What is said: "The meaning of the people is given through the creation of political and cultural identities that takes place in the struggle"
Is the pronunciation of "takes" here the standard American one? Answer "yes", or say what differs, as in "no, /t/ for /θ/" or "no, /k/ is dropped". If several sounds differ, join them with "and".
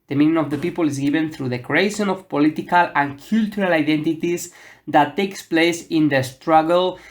yes